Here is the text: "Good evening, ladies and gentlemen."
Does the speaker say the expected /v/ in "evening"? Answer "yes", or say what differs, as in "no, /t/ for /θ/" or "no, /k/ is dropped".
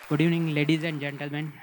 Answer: no, /v/ is dropped